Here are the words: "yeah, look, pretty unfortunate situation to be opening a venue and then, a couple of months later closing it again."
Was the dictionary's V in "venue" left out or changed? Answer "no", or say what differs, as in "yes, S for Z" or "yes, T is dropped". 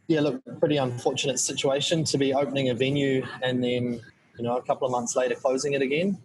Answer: no